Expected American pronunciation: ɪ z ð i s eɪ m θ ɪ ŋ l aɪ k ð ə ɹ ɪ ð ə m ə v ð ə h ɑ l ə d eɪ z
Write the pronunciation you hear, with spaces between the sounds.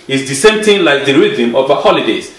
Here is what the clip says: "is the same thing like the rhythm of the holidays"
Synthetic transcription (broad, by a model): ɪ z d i s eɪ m t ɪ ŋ l aɪ k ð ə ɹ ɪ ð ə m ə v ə h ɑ l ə d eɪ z